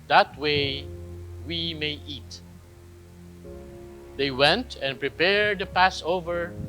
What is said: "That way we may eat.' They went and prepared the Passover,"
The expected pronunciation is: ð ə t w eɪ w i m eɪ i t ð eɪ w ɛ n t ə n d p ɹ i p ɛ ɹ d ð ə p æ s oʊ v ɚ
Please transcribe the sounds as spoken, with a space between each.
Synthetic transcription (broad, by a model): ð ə t w eɪ w i m eɪ i t ð eɪ w ɛ n t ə n p ɹ i p ɛ ɹ d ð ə p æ s oʊ v ɚ